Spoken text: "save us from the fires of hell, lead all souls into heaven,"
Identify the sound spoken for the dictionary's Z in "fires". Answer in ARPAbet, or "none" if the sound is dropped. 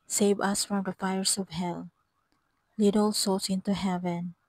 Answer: S